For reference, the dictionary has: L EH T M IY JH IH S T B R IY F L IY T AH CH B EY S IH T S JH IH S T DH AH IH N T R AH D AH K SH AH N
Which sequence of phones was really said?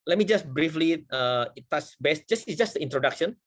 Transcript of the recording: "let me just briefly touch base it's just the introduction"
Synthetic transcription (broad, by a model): L EH T M IY JH IH S T B R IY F L IY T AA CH B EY S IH S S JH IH S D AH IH N T R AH D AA K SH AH N